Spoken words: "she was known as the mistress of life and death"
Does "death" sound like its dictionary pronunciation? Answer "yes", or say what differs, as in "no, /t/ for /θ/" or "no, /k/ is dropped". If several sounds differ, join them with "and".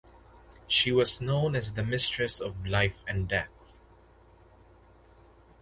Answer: yes